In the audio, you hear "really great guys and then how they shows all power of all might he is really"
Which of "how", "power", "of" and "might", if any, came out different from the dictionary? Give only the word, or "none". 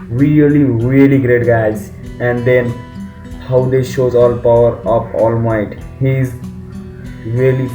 of